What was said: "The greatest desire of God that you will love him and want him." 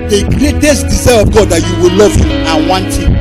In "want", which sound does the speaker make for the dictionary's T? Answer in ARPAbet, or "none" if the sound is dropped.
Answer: T